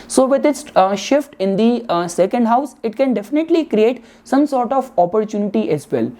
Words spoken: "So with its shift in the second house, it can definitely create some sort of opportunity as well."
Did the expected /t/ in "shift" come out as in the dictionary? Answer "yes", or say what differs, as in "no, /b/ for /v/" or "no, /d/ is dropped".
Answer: yes